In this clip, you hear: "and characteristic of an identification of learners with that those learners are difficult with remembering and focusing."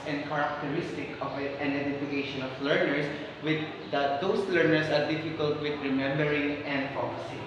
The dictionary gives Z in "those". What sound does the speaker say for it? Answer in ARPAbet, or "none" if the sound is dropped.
S